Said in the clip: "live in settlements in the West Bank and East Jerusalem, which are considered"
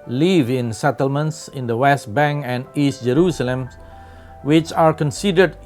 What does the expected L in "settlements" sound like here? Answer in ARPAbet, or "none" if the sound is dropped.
L